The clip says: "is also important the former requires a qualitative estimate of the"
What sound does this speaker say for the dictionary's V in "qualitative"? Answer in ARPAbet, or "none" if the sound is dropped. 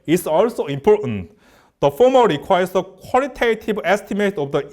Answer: B